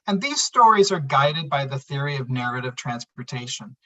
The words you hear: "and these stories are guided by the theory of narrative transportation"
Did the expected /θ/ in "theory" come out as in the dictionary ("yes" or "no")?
yes